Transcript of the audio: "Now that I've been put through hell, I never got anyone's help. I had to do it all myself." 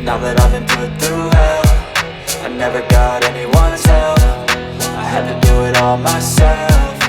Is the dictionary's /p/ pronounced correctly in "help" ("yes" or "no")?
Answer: no